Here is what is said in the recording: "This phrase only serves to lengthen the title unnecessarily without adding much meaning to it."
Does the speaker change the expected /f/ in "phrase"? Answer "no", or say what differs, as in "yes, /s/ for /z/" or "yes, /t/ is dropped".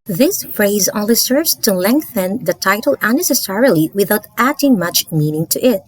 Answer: no